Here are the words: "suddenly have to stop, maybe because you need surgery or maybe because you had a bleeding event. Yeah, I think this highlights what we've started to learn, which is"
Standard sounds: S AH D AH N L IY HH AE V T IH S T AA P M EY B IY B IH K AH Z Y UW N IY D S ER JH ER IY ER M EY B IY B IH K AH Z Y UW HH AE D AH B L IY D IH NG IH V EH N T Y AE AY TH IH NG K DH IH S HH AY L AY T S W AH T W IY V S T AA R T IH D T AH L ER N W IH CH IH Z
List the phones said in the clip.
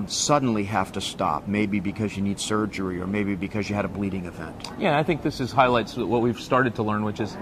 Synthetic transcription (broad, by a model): S AH D N L IY HH AE F T IH S T AA P M EY B IY B IH K AH Z Y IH N IY D S ER JH ER IY ER M EY B IY B IH K AH Z Y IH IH D AH B L IY D IH NG IH V EH N T Y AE AY TH IH NG K DH IH S HH AY L AY T S W AH T W IY V S T AA R T IH D T AH L ER N W IH CH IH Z